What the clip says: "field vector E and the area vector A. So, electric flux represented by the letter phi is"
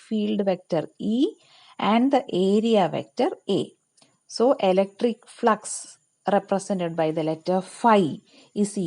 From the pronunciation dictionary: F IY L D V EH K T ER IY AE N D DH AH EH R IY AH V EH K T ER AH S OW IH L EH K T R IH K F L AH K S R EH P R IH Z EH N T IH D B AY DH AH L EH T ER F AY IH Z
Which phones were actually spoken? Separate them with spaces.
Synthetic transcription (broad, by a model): F IY L D V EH K T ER IY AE N D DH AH EH R IY AH V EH K T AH AH S OW IH L EH K T R IH K F L AH K S R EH P R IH S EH N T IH D B AY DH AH L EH T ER F AY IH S